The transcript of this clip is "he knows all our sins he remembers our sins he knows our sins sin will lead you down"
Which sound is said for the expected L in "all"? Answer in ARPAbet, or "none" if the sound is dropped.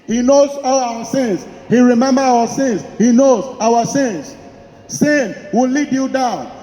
W